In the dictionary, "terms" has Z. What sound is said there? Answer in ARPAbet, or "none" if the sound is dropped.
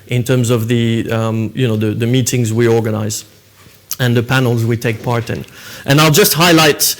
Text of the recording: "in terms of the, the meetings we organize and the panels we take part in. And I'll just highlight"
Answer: Z